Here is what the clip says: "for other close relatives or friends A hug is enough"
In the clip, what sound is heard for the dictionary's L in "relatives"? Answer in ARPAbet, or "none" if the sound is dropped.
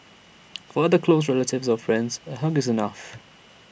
L